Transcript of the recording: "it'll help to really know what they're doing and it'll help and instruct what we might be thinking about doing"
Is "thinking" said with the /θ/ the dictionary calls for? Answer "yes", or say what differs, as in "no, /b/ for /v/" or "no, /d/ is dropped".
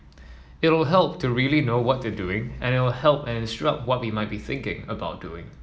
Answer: yes